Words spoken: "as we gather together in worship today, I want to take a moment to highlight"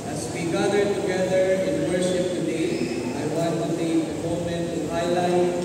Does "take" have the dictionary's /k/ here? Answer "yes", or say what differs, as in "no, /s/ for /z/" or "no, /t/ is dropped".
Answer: no, /k/ is dropped